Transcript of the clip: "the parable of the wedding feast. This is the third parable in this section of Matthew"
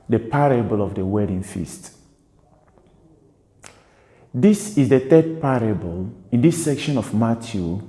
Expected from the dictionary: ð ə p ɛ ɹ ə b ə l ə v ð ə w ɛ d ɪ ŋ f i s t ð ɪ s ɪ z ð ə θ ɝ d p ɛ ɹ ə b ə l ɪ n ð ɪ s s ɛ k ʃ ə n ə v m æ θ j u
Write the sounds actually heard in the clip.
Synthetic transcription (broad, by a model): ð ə p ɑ ɹ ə b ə l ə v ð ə w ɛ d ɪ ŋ f i s t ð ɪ s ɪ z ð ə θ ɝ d p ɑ ɹ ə b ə l ɪ n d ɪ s s ɛ k ʃ ə n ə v m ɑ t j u